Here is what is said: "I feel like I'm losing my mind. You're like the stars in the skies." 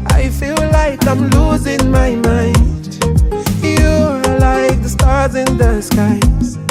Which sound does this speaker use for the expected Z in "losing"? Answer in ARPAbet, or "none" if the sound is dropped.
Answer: Z